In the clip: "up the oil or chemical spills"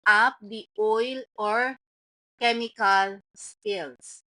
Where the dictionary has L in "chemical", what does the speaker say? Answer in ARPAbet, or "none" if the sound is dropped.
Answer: L